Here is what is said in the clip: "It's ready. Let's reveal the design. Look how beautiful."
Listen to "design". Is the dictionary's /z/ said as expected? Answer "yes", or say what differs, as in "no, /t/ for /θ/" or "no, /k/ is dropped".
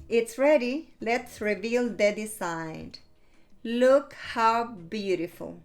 no, /s/ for /z/